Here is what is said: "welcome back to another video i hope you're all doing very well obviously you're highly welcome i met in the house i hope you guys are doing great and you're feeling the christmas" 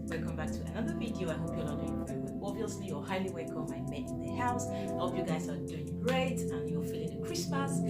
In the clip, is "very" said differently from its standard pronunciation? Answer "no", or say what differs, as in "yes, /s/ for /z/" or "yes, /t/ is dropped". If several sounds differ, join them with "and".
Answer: yes, /ɹ/ is dropped